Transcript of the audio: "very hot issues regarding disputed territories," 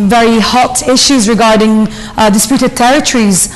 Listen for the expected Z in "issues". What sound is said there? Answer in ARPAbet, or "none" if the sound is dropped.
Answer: Z